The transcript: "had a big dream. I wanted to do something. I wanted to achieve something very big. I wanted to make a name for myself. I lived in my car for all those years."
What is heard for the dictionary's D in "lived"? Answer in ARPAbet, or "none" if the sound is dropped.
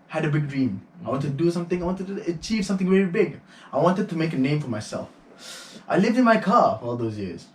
D